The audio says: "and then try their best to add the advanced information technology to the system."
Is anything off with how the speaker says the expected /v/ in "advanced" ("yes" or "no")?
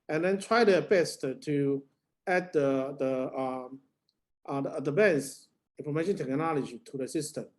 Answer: yes